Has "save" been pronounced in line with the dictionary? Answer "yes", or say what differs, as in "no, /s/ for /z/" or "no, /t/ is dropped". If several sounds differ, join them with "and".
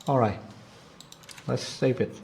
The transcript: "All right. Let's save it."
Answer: no, /p/ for /v/